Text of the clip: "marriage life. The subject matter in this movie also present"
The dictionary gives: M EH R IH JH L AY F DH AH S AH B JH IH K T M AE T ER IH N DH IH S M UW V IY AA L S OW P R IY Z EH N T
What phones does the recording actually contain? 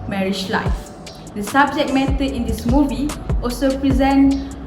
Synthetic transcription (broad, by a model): M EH R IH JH L AY F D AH S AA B JH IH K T M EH T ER IH N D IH S M UW V IY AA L S OW P R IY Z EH N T